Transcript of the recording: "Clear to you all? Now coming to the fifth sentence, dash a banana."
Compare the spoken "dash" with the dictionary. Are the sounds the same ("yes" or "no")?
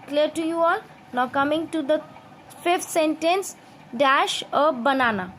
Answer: yes